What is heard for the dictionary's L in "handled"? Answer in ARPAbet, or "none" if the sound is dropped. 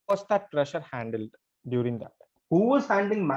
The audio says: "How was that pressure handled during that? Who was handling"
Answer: L